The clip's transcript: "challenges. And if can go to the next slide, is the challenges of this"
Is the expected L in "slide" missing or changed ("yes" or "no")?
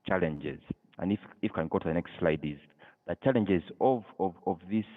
no